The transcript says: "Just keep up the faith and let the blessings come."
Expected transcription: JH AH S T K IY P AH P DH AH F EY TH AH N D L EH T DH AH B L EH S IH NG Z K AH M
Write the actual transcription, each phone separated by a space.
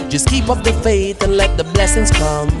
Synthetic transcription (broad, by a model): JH AH S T K IY P AH P DH AH F EY TH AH N L EH T DH AH B L EH S IH NG Z K AH M